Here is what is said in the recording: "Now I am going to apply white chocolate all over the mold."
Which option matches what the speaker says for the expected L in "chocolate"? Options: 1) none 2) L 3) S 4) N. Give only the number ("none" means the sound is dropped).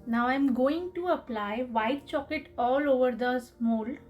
1